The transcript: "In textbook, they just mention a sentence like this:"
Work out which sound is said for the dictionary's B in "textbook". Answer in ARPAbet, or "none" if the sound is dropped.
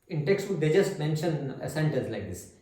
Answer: none